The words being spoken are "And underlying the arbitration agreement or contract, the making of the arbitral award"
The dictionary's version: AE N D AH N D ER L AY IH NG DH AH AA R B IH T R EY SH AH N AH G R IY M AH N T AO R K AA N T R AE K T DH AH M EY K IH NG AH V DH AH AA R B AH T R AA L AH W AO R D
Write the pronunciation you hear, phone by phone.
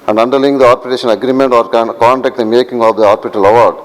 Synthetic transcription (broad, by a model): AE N D AH N D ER L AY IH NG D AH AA R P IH T EY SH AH N AH G R IY M AH N T AO R K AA N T AE K T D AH M EY K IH NG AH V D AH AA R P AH T AH L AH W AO R D